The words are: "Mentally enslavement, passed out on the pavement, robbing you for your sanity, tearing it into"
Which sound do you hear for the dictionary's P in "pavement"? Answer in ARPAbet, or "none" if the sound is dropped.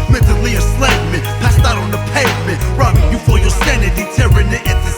P